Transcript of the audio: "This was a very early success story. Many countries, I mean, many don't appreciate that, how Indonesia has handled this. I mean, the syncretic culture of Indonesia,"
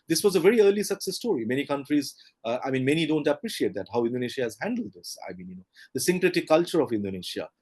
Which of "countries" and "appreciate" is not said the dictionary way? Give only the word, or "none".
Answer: none